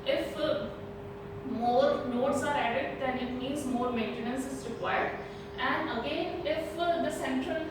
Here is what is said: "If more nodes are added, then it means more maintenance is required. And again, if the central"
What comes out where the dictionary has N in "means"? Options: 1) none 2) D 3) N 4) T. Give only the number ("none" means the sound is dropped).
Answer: 1